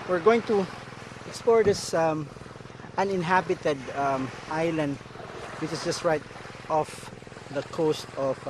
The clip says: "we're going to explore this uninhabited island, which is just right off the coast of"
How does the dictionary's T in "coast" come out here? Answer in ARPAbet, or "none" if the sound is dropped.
T